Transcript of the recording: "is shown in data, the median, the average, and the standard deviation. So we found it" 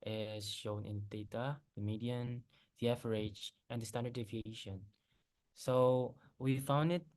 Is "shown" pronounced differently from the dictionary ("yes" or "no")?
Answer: no